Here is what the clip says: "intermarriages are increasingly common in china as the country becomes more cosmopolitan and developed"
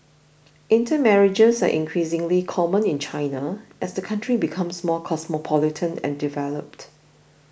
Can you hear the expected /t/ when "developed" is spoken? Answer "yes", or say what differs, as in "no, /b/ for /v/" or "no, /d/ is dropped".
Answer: yes